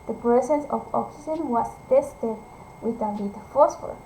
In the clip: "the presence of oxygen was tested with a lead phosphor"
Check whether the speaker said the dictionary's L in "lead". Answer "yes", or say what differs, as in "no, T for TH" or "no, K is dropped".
no, N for L